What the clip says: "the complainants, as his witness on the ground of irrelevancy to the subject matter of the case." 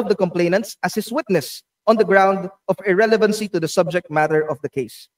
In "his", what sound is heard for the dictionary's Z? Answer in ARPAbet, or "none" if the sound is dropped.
S